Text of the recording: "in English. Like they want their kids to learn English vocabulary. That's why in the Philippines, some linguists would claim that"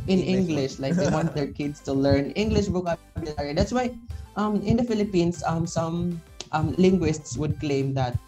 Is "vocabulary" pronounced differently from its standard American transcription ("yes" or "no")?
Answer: yes